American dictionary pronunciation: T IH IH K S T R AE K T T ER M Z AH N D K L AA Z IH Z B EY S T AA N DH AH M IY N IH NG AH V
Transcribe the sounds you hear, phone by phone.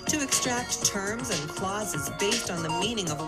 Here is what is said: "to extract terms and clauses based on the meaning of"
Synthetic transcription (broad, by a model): T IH IH K S T R AE K T T ER M Z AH N K L AA Z IH Z B EY S T N DH AH M IY N IH NG AH V